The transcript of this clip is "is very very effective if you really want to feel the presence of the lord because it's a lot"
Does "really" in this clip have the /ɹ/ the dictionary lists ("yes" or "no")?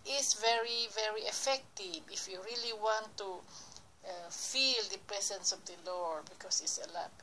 yes